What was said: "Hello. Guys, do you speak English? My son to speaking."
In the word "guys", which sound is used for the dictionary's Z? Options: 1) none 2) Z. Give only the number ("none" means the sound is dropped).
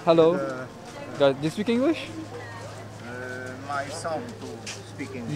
1